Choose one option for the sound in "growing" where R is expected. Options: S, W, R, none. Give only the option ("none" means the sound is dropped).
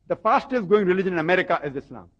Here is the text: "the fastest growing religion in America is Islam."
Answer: none